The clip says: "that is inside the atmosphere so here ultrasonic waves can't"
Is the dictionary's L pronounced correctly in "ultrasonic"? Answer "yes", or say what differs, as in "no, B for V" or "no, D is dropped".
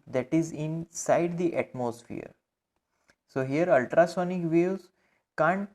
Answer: yes